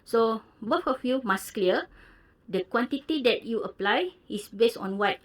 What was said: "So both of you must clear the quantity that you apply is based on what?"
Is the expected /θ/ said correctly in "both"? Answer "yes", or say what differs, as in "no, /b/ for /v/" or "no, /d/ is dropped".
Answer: no, /f/ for /θ/